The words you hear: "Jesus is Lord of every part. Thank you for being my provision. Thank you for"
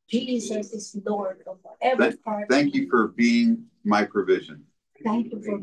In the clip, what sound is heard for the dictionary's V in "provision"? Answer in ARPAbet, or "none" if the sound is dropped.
V